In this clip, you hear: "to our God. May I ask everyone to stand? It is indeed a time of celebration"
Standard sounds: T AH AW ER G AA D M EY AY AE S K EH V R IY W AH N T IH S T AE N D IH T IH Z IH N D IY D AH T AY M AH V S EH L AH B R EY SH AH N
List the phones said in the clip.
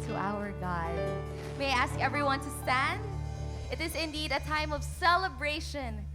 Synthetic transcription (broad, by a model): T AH AW ER G AA D M EY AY AE S K EH V R IY W AH N T IH S T AE N D IH T IH Z IH N D IY D AH T AY M AH V S EH L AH B R EY SH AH N